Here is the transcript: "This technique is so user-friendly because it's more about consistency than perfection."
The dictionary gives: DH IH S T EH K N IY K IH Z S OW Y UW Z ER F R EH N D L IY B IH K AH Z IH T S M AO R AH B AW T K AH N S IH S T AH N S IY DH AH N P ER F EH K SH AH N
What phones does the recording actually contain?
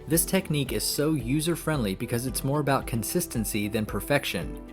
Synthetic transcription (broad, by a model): DH IH S T EH K N IY K IH Z S OW Y UW Z ER F R EH N D L IY B IH K AH Z IH T S M AO R AH B AW T K AH N S IH S T AH N S IY DH AH N P ER F EH K SH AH N